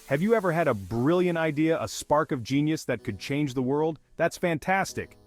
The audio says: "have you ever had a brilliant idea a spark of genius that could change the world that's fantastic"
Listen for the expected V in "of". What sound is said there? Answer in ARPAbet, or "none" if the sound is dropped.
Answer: V